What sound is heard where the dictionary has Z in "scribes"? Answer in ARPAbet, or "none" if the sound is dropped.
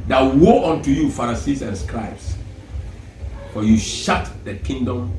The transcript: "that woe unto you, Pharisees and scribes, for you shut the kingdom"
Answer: S